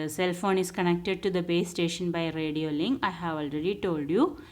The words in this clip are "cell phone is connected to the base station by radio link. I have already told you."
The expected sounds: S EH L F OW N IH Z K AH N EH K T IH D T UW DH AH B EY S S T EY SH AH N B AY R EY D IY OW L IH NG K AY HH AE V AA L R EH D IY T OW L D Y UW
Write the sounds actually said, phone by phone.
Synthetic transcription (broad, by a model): S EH L F OW N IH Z K AH N EH K T IH D T UW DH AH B EY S S T EY SH AH N B AY R EY D IY OW L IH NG AY HH AE V AA L R EH D IY T OW L D Y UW